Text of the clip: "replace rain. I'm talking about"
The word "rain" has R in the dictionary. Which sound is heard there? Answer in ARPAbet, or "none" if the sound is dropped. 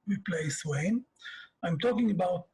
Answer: W